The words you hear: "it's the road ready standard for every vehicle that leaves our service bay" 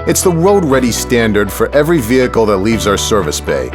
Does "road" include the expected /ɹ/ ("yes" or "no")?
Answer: no